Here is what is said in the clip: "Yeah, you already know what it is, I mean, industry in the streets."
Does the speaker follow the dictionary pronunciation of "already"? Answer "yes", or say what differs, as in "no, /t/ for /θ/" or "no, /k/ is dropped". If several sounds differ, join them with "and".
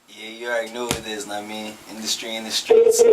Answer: no, /ɹ/ is dropped